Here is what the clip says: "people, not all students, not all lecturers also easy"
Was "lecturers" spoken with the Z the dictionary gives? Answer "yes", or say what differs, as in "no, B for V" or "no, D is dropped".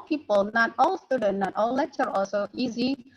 no, Z is dropped